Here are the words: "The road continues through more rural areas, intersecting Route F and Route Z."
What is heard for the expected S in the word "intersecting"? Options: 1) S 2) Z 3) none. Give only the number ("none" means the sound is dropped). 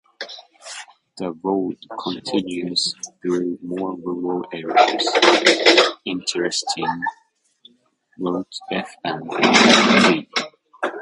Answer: 3